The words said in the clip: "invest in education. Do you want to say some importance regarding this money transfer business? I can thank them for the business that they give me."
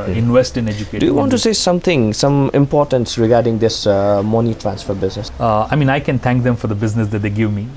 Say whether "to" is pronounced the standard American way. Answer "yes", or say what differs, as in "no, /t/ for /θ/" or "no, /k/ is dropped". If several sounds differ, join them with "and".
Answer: no, /s/ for /t/